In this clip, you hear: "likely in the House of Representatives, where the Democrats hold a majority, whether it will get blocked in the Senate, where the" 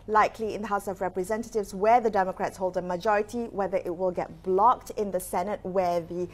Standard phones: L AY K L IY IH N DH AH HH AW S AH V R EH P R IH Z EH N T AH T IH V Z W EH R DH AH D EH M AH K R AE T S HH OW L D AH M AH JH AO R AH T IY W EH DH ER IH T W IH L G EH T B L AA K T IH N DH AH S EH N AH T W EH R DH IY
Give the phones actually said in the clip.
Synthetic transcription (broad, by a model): L AY K L IY IH N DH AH HH AW S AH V R EH P R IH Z EH N T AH T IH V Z W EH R DH AH D EH M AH K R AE T S HH OW L D AH M AH JH AO R AH T IY W EH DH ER IH T W IH L G EH T B L AA K T IH N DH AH S EH N AH T W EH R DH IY